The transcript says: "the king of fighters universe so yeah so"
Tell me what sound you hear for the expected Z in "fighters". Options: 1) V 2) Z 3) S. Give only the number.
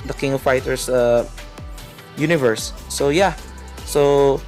3